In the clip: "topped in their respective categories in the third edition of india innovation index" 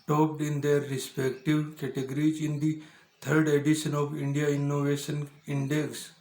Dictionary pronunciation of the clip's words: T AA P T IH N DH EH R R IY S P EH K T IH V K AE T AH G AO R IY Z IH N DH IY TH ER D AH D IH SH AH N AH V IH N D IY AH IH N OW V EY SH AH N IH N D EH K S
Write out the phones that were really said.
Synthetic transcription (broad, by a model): T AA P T IH N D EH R R IY S P EH K T IH V K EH T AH G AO R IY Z IH N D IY T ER D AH D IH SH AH N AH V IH N D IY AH IH N OW V EY SH AH N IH N D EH K S